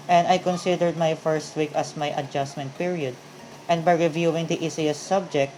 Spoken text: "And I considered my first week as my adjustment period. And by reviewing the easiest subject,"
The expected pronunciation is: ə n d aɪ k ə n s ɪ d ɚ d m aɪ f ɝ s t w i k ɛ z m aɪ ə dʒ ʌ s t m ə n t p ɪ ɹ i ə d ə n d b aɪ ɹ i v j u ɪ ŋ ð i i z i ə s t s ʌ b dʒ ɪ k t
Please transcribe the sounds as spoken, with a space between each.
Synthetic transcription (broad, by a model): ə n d aɪ k ə n s ɪ d ɚ d m aɪ f ɝ s t w i k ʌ s m aɪ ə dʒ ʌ s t m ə n t p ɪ ɹ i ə d ə n d b aɪ ɹ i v j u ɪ ŋ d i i s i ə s s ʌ b dʒ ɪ k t